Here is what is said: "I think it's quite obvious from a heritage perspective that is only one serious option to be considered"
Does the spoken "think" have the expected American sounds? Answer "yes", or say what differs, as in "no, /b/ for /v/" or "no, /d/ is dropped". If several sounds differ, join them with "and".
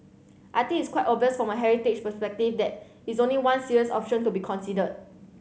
no, /t/ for /θ/ and /k/ is dropped